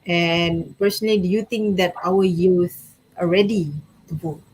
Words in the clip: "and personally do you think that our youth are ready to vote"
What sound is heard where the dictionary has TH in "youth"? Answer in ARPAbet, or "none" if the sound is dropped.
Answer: S